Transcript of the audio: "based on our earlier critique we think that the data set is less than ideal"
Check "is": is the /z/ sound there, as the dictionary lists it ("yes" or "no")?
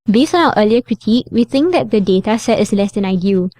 no